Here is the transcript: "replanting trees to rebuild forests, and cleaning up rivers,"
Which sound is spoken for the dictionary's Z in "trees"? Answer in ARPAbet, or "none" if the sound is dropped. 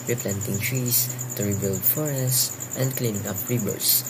S